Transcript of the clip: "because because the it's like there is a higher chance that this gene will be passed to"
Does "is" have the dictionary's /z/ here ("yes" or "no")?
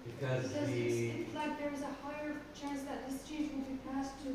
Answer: yes